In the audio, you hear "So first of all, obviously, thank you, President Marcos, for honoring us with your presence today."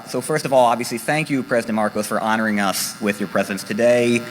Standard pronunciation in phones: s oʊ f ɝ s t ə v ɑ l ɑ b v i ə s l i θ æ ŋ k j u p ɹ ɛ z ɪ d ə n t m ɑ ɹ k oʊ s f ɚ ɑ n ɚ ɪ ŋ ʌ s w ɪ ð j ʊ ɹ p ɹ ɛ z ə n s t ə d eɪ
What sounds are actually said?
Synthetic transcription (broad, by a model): s oʊ f ɝ s t ə v ɑ l ɑ b v i ə s l i θ æ ŋ k j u p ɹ ɛ z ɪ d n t m ɑ ɹ k oʊ s f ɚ ɑ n ɚ ɪ ŋ ʌ s w ɪ ð j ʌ ɹ p ɹ ɛ z ə n s t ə d eɪ